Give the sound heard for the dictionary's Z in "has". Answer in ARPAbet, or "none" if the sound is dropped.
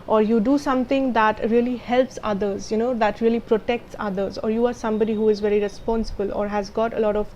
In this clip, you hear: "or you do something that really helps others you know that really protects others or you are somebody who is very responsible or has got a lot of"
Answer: Z